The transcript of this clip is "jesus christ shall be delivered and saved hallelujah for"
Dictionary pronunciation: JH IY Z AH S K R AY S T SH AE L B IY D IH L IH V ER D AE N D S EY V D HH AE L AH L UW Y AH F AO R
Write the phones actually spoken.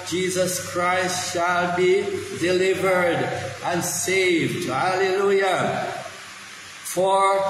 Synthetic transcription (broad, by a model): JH IY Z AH S K R AY S T SH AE L B IY D IH L IH V ER D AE N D S EY V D HH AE L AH L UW Y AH F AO R